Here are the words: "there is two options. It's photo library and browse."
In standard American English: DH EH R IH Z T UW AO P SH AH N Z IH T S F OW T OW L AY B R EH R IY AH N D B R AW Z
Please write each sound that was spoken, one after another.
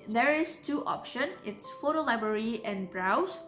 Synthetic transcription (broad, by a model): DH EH R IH S T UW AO P SH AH N IH T S F OW T OW L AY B R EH R IY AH N B R AW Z